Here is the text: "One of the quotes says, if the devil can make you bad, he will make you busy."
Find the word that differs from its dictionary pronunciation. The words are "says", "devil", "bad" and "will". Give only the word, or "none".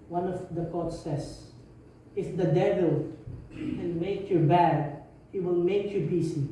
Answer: says